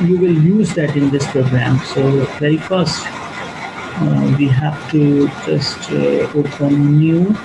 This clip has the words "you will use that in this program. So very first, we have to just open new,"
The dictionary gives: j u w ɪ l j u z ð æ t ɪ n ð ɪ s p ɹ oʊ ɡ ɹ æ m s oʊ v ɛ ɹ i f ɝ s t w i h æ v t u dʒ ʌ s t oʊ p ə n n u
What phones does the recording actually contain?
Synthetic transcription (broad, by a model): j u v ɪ l j u z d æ t ɪ n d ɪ s p ɹ oʊ ɡ ɹ æ m s oʊ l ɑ i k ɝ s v i h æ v t u dʒ ʌ s t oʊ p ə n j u